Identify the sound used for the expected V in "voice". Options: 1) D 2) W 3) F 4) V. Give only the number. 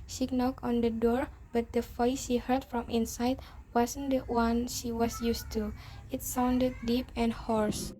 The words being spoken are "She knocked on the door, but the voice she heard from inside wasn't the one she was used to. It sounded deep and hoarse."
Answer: 3